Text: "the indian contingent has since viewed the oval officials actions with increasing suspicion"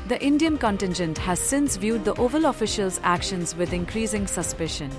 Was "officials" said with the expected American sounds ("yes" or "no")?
yes